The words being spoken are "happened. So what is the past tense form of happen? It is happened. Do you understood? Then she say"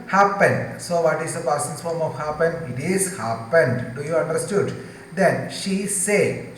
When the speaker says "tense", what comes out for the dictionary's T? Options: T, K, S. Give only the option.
S